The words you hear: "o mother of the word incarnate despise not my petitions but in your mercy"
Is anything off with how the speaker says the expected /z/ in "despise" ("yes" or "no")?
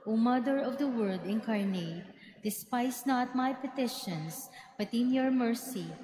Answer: yes